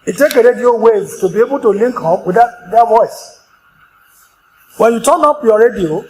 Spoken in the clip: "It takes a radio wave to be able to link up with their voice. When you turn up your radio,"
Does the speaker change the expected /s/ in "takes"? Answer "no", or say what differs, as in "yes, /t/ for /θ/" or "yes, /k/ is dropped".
yes, /s/ is dropped